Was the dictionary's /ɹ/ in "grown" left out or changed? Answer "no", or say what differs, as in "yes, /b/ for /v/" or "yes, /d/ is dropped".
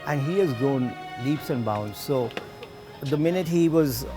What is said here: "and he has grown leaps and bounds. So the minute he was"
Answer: yes, /ɹ/ is dropped